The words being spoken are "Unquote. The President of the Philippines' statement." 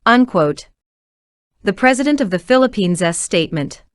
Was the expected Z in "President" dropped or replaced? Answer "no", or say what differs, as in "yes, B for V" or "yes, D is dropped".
no